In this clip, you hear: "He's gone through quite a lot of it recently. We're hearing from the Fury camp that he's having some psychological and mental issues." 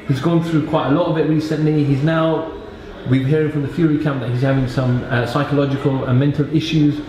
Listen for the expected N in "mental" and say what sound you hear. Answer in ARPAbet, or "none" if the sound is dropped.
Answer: N